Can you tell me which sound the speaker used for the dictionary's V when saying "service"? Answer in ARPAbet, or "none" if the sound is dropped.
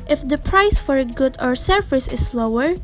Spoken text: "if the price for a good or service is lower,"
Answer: F